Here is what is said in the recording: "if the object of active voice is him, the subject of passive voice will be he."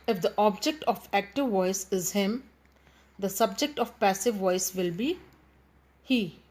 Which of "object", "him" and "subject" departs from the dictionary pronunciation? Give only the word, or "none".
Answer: none